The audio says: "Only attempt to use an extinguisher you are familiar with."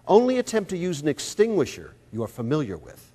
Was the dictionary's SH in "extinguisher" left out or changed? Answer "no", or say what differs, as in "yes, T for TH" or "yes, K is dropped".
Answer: no